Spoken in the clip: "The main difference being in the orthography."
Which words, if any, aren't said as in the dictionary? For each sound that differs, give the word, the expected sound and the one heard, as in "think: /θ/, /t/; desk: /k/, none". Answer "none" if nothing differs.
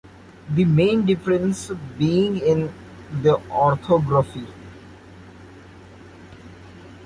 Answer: orthography: /θ/, /t/